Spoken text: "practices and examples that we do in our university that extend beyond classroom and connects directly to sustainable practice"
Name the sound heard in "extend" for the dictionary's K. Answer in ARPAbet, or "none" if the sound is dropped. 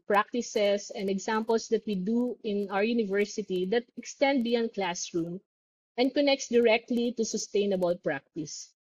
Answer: K